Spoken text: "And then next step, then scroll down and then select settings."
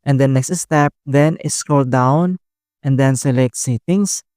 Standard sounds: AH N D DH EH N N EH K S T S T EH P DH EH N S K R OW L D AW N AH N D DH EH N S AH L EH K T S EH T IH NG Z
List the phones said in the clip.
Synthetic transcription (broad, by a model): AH N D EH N N EH K S T S T EH P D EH N S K OW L D AW N AH N D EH N S AH L EH K T S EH T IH NG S